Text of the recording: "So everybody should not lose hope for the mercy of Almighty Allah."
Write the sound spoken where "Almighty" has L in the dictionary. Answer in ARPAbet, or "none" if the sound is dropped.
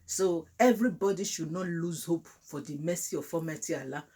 none